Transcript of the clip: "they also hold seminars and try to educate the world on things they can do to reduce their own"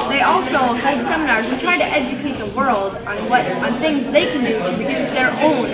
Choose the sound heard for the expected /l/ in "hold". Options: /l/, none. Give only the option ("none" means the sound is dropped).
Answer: none